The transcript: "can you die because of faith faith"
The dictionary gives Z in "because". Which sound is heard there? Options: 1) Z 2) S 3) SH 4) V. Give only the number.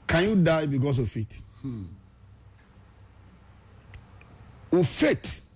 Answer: 2